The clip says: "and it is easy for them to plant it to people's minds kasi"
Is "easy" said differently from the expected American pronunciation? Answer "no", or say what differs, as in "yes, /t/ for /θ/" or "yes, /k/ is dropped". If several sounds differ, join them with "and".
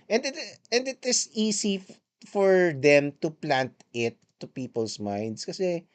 yes, /s/ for /z/